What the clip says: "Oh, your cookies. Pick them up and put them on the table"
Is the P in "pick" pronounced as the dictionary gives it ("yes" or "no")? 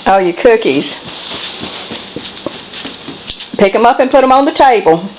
yes